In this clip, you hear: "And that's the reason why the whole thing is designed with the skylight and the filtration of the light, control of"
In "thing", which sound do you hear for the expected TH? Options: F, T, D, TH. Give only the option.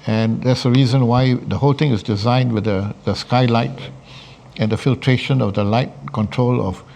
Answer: T